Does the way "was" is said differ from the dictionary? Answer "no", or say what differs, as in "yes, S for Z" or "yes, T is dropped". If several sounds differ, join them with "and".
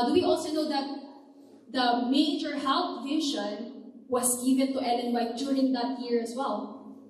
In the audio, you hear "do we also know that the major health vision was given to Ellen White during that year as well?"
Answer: yes, S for Z